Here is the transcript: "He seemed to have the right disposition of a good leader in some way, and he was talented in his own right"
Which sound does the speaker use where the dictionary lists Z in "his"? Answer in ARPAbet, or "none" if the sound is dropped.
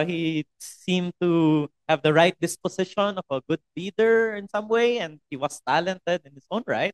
S